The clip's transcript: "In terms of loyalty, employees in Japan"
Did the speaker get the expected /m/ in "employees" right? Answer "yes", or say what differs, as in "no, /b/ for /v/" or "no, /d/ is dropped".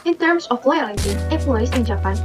no, /m/ is dropped